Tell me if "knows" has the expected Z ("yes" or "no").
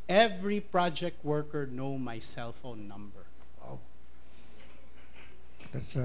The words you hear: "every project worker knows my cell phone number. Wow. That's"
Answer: no